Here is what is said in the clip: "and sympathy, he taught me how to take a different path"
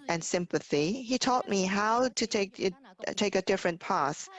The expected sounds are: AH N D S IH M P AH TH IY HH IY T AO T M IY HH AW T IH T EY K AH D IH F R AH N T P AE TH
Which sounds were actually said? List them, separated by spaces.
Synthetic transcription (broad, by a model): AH N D S IH M P AH TH IY HH IY T AO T M IY HH AW T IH T EY K AH D IH F R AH N P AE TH